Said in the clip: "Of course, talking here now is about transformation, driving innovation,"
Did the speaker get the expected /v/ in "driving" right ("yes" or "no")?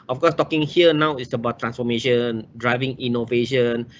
yes